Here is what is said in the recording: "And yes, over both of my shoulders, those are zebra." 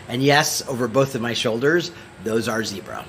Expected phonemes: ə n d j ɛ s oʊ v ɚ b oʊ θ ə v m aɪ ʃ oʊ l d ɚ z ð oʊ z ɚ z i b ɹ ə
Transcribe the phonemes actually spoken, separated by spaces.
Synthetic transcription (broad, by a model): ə n j ɛ s oʊ v ɚ b oʊ θ ə v m aɪ ʃ oʊ l d ɚ z ð oʊ z ɚ z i b ɹ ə